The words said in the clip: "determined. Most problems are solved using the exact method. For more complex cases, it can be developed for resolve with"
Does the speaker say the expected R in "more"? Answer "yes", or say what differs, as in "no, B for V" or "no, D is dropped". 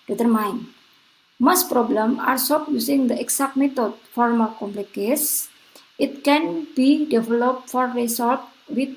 no, L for R